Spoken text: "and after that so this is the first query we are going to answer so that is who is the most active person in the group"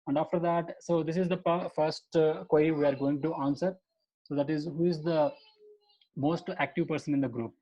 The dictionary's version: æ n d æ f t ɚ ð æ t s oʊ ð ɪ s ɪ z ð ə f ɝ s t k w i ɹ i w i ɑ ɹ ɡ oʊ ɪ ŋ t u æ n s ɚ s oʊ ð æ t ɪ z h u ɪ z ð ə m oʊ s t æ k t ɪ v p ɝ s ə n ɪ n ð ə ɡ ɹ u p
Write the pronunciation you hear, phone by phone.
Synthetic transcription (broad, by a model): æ n d æ f t ɚ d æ t s oʊ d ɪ s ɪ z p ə f ɝ s t k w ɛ i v i ɑ ɹ ɡ oʊ ɪ ŋ t u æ n s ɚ s oʊ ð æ t ɪ z h u ɪ z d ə m oʊ s t æ k t ɪ v p ɝ s ə n ɪ n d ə ɡ ɹ u p